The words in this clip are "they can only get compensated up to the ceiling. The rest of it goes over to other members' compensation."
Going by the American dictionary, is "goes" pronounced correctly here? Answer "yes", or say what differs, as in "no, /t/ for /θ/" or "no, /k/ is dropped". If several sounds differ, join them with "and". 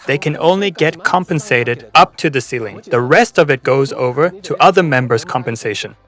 yes